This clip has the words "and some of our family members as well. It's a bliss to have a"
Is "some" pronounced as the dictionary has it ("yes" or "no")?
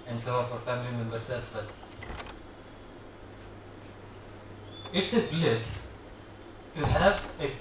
no